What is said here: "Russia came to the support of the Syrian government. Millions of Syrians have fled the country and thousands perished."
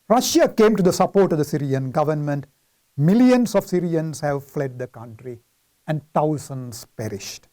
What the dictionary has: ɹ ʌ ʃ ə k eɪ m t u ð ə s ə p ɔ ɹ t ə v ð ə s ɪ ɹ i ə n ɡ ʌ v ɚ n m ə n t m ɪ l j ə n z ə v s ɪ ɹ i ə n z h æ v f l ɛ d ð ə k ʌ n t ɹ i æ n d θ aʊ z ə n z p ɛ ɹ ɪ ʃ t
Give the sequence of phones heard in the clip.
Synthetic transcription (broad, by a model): ɹ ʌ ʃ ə k eɪ m t u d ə s ə p ɔ ɹ t ə v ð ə s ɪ ɹ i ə n ɡ ʌ v ɚ n m ə n t m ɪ l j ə n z ə v s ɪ ɹ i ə n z h æ v f l ɛ d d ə k ʌ n t ɹ i æ n d t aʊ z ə n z p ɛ ɹ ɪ ʃ t